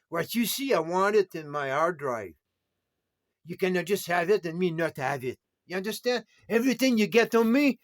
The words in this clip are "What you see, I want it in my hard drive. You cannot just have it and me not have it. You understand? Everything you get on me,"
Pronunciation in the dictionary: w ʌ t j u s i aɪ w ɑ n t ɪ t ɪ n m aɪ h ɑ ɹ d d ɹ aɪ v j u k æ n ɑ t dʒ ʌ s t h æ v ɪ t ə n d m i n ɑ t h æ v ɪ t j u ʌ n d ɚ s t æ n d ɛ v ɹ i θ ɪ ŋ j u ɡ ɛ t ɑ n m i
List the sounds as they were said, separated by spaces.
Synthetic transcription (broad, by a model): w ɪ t j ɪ s i aɪ w ɑ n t ɪ t ɪ n m aɪ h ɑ ɹ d d ɹ aɪ v j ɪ k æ n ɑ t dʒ ʌ s t h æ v ɪ t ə n m i n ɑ t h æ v ɪ t j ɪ ʌ n d ɚ s t æ n d ɛ v ɹ i θ ɪ ŋ j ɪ ɡ ɛ t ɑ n m i